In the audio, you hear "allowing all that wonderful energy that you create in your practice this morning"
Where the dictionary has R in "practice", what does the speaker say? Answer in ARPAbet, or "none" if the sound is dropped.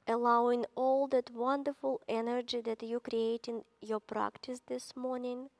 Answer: R